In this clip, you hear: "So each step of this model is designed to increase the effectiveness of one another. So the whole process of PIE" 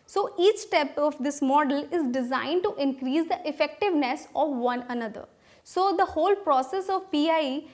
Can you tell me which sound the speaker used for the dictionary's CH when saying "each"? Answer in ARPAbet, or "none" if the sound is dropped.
CH